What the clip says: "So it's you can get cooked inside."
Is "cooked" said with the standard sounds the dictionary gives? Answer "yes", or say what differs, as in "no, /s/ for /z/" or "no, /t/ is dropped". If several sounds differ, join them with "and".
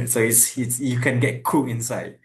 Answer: no, /t/ is dropped